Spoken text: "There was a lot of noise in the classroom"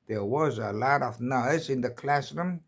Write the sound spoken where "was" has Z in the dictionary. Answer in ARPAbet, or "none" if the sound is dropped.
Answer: Z